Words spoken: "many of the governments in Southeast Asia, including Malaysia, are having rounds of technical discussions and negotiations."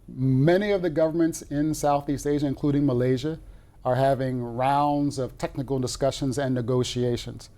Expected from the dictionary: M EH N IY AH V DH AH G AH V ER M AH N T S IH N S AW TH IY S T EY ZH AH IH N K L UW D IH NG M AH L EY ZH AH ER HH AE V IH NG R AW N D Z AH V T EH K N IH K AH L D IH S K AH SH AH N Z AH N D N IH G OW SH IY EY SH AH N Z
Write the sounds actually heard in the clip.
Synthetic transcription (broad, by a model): M EH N IY AH V DH AH G AH V ER M AH N T S IH N S AW TH IY S T EY ZH AH IH N K L UW D IH NG M AH L EY ZH AH ER HH AE V IH NG R AW N D Z AH V T EH K N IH K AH L D IH S K AH SH AH N Z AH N N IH G OW SH IY EY SH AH N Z